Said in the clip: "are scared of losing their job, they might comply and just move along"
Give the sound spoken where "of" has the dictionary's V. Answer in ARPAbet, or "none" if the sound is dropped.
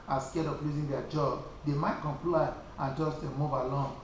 P